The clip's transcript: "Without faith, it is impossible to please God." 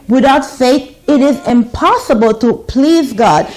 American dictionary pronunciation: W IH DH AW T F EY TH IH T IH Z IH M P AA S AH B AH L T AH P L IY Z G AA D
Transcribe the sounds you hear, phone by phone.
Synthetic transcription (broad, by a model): W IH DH AW T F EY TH IH T IH Z IH M P AA S AH B AH L T AH P L IY Z G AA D